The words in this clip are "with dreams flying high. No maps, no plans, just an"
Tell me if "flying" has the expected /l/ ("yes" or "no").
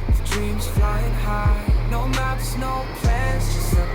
yes